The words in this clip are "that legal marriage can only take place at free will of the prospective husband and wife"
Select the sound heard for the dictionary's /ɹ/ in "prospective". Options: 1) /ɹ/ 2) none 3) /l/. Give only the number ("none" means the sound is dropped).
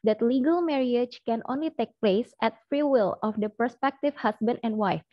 2